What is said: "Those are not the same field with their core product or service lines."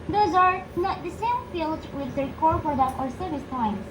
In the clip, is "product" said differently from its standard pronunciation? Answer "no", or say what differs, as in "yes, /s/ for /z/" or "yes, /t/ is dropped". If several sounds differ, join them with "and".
yes, /k/ is dropped